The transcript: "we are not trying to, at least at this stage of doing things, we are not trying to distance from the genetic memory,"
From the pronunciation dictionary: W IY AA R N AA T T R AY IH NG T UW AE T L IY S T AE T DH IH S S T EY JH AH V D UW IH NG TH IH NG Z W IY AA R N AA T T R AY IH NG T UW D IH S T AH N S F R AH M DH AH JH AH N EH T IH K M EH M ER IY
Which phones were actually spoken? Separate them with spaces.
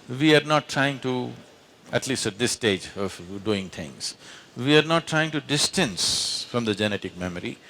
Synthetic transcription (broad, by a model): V IY AA R N AA T T R AY IH NG T UW AE T L IY S T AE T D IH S S T EY JH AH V D UW IH NG T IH NG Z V IY AA R N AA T T R AY IH NG T UW D IH S T AH N S F R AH M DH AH JH AH N EH T IH K M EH M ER IY